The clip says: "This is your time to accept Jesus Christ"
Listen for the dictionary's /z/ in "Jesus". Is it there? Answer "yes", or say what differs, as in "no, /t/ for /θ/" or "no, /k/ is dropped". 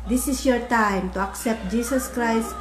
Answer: no, /s/ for /z/